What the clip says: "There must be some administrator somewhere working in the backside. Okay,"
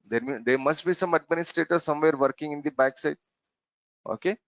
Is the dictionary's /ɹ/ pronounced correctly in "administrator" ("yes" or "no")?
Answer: yes